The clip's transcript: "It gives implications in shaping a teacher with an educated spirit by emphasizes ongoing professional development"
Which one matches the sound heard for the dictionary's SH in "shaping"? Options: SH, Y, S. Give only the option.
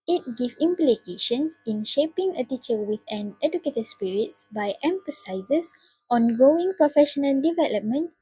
SH